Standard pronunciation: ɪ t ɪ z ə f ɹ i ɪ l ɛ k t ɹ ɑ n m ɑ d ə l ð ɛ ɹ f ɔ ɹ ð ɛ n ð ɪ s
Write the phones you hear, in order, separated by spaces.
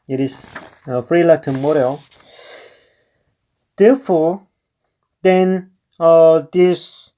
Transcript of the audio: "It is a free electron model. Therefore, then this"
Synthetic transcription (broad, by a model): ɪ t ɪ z ə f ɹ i l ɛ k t ɑ m ɑ d ə l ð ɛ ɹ f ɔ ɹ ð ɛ n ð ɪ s